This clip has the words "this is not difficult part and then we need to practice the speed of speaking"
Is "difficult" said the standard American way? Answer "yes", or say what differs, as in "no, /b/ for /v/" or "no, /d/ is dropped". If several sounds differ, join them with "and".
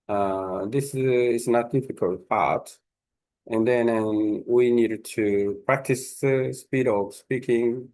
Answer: yes